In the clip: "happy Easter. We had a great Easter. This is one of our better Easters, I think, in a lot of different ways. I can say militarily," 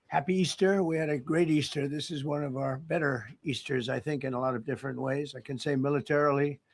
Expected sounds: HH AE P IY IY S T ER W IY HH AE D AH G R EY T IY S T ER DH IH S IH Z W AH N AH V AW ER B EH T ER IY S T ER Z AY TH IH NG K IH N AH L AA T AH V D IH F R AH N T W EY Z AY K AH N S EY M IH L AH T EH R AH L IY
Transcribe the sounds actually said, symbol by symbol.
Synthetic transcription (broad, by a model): HH AE P IY IY S T ER W IY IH D AH G R EY T IY S T ER DH IH S IH Z W AH N AH V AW ER B EH T ER IY S T ER Z AY TH IH NG K IH N AH L AA T AH V D IH F R AH N T W EY Z AY K AH N S EY M IH L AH T EH R L IY